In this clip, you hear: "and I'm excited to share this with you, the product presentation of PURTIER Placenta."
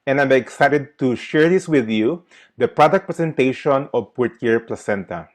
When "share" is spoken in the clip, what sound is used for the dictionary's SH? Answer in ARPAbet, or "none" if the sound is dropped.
SH